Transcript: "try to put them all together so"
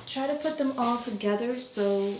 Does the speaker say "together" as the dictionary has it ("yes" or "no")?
yes